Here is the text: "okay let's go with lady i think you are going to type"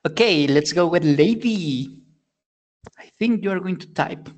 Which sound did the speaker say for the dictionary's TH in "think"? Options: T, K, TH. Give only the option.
TH